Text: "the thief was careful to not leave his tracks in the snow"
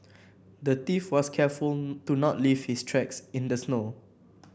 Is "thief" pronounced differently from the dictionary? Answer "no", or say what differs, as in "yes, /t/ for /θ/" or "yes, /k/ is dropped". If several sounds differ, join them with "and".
yes, /t/ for /θ/